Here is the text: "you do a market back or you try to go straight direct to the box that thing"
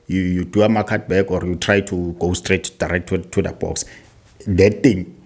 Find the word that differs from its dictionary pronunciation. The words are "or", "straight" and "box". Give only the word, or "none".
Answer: none